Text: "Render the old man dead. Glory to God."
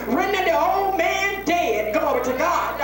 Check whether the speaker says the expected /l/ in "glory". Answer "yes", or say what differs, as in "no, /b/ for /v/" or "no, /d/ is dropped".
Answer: no, /l/ is dropped